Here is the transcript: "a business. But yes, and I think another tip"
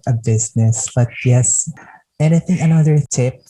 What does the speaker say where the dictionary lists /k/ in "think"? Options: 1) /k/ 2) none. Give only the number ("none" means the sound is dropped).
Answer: 2